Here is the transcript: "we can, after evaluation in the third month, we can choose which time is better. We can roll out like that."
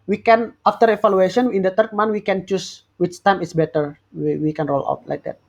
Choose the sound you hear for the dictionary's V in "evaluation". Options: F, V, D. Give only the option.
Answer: F